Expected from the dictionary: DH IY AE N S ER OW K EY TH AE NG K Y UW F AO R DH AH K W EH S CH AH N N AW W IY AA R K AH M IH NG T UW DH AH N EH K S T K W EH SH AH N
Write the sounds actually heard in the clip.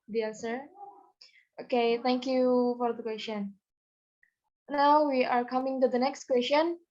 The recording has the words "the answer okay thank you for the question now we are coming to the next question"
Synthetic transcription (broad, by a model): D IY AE S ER OW K EY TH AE NG K Y UW F AO R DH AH K W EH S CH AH N N AW W IY AA R K AH M IH NG T UW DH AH N EH K S T K W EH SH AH N